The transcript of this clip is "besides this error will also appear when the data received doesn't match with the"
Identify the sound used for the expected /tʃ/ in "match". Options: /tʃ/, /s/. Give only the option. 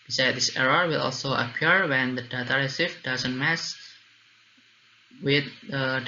/s/